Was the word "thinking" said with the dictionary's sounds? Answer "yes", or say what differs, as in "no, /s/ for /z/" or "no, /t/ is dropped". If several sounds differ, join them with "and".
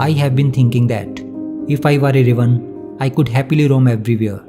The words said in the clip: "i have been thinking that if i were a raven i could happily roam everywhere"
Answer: no, /t/ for /θ/